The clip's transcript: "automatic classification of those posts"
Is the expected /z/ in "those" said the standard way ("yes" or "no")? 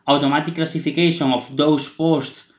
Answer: no